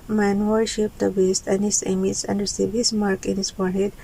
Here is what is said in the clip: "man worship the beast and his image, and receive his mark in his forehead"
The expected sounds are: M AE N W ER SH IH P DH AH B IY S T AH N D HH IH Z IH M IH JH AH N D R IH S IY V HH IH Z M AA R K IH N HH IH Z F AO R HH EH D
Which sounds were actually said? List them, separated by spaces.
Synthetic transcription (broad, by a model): M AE N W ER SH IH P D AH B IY S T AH N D HH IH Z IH M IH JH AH N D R S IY B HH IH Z M AA R K IH N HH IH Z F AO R HH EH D